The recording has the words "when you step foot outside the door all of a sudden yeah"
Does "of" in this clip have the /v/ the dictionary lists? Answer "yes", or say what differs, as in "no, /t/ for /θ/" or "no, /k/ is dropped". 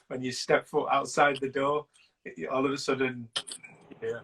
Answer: yes